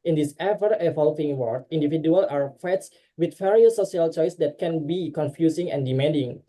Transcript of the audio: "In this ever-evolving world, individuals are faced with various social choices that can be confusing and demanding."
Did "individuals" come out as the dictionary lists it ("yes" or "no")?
no